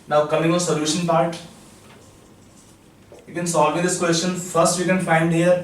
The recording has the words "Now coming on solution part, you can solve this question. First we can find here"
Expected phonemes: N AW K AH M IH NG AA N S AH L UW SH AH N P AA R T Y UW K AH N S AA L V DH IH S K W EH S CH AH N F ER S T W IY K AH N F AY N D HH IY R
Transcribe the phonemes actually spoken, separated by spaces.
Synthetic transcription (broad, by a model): N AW K AH M IH NG AA N S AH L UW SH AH N P AA R T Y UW K AH N S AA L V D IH S K W EH S CH AH N F ER S T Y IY K AH N F AY N D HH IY R